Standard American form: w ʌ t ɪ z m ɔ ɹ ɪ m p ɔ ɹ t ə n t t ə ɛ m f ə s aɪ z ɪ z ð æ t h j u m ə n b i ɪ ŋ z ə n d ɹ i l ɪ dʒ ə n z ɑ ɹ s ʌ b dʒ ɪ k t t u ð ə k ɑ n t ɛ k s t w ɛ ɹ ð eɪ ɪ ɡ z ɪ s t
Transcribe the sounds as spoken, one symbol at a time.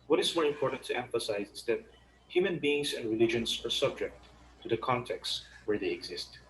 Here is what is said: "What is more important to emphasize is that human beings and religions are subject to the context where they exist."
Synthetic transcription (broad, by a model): w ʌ t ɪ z m ɔ ɹ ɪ m p ɔ ɹ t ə n t t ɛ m f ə s aɪ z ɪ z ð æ t h j u m ə n b i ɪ ŋ s ə n d ɹ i l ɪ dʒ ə n s ɑ ɹ s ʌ b dʒ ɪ k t t u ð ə k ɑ n t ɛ k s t w ɛ ɹ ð eɪ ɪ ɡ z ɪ s t